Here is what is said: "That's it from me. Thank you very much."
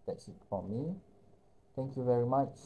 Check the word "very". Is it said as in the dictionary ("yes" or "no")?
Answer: yes